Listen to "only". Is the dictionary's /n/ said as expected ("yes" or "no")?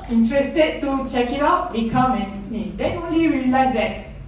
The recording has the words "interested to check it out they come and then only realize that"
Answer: yes